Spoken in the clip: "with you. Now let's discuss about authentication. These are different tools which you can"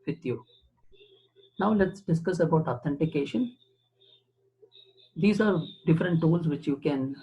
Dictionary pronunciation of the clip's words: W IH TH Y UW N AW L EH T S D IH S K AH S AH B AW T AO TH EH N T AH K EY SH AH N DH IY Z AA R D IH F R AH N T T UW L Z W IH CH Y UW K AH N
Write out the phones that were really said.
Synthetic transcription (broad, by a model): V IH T Y UW N AW L EH T S D IH S K AH S AH B AW T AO T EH N T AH K EY SH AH N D IY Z AA R D IH F R AH N T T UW L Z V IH CH Y UW K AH N